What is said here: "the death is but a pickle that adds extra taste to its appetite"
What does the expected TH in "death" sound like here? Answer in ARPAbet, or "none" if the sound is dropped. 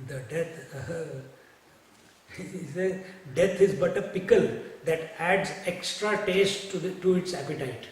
S